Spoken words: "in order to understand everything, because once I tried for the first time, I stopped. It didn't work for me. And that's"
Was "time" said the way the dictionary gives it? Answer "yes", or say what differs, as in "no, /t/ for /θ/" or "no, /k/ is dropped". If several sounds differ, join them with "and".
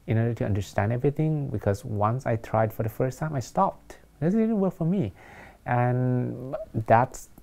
yes